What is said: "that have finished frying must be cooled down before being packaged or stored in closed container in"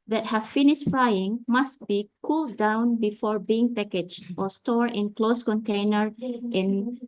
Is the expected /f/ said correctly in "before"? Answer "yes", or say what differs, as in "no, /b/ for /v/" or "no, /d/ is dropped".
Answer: yes